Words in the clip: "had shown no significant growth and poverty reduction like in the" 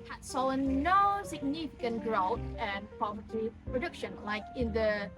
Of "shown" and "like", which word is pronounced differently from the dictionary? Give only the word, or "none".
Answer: shown